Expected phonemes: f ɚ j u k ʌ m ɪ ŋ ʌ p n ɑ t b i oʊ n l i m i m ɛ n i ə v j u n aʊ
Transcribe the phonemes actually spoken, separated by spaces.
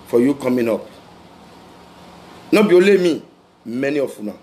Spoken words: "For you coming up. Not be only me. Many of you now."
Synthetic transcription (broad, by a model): f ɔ j u k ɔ m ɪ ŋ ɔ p n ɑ b i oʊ l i m i m ɛ n i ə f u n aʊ